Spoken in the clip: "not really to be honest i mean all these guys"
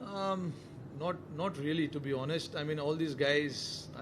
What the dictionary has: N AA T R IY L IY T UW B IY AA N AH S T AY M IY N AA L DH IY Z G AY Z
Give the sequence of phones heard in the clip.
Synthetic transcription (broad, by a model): N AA T R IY L IY T UW B IY AA N AH S T AY M IY N AA L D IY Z G AY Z